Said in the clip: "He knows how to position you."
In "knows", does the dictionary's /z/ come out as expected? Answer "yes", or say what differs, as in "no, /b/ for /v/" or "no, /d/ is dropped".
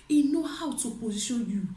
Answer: no, /z/ is dropped